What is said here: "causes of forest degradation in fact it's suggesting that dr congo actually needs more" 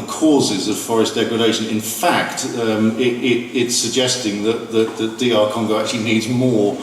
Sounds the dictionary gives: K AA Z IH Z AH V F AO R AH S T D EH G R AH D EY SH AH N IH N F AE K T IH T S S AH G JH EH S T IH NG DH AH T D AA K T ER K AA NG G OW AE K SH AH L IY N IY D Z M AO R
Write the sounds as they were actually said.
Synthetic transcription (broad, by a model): K AA Z IH Z AH V F AO R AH S D EH G R AH D EY SH AH N IH N F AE K T IH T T S AH G JH EH S T IH NG DH AH T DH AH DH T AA K AA NG G OW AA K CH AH L IY N IY D Z M AO